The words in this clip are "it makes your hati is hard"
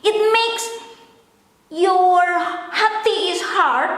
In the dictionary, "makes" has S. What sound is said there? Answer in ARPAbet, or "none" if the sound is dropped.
S